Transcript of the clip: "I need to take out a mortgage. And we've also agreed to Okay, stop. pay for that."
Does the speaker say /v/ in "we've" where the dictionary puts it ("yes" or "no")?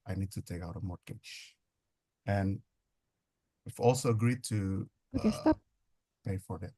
no